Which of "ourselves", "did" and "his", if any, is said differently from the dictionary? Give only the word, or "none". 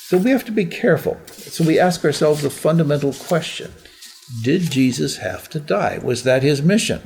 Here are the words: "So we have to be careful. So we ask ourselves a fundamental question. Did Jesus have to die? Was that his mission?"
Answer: none